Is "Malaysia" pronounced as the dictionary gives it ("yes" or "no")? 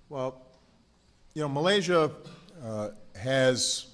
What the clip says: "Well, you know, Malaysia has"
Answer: yes